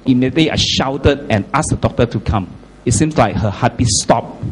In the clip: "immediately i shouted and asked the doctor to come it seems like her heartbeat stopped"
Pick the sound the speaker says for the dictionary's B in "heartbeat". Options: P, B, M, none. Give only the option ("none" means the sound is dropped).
none